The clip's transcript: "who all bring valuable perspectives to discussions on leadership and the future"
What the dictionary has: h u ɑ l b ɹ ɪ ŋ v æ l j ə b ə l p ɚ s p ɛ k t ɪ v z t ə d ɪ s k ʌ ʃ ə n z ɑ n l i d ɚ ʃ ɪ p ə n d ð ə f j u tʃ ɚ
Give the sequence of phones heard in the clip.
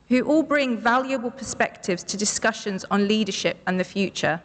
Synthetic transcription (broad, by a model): h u ɑ l b ɹ ɪ ŋ v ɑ l j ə b ə l p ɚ s p ɛ k t ɪ v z t ə d ɪ s k ʌ ʃ ə n z n l i d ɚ ʃ ɪ p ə n ð ə f j u tʃ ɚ